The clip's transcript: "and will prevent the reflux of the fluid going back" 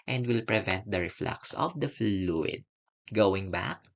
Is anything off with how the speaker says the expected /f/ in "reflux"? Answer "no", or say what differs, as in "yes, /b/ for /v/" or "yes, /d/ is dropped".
no